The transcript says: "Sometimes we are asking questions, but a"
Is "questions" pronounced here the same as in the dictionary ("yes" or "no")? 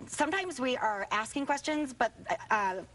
yes